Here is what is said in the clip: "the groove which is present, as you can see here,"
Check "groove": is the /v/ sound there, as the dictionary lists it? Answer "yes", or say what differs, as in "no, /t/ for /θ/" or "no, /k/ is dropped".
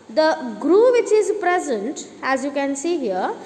yes